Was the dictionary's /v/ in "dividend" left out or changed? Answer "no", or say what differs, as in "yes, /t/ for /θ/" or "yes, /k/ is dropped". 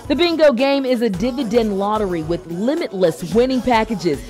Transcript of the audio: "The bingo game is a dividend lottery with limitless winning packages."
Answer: no